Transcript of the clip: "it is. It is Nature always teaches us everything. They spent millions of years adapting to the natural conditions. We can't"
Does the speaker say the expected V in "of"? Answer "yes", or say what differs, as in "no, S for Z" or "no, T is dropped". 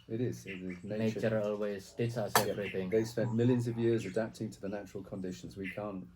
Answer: yes